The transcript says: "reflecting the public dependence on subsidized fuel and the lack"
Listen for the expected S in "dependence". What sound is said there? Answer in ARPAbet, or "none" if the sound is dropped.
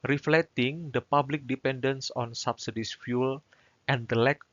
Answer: S